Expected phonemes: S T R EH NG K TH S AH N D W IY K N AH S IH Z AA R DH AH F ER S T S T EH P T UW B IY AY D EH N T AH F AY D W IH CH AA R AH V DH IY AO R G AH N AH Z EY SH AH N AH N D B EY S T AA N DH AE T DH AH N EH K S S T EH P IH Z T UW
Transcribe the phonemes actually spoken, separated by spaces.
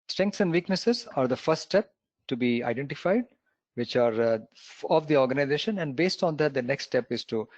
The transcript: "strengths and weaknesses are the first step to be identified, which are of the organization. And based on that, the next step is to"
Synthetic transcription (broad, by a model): S T R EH NG K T S AH N D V IY K N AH S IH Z AA R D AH F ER T S T EH P T UW B IY AY D EH N T AH F AY D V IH CH AA R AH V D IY AO R G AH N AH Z EY SH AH N AH N D B EY S T AA N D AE T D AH N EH K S S T EH P IH Z T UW